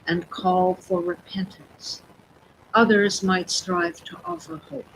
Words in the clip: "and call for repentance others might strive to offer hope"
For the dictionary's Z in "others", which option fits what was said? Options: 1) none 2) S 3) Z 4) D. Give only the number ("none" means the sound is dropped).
3